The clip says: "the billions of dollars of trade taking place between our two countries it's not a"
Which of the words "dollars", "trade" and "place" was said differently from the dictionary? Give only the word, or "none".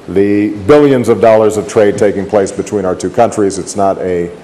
none